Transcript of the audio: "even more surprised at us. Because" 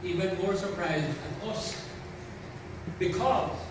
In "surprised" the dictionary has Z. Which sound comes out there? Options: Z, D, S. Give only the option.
Z